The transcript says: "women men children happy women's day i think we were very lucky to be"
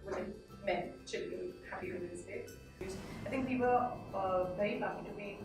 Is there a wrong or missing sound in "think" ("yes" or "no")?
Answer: no